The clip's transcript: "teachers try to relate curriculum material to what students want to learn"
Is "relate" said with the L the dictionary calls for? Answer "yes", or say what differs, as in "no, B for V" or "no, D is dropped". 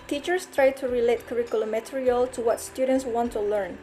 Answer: yes